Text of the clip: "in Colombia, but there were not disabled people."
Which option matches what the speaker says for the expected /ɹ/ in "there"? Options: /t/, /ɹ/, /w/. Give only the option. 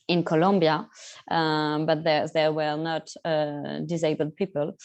/ɹ/